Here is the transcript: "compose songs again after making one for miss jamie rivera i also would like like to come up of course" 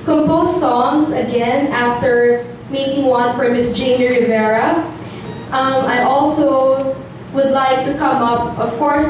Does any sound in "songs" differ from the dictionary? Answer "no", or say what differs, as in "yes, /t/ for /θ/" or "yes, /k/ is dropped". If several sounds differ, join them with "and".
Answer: no